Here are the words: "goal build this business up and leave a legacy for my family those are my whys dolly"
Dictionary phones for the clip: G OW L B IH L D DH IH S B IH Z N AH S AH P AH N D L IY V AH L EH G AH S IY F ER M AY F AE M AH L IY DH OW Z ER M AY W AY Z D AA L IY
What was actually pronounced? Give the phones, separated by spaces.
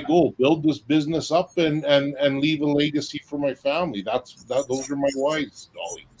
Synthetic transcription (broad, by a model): G OW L B IH L D DH IH S B IH Z N AH S AH P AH N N L IY V AH L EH G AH S IY F ER M AY F AE M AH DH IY DH OW Z ER M AY W AY Z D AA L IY